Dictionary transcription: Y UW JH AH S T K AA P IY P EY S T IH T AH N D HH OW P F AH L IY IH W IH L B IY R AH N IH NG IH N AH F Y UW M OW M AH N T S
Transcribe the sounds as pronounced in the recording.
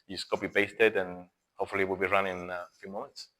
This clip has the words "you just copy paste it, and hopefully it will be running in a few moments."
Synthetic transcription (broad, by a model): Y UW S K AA B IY B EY S T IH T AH N HH OW P F AH L IY W IH L B IY R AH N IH IH N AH F Y UW M OW M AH N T S